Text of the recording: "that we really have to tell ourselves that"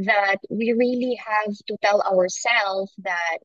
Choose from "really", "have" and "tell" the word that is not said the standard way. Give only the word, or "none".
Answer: none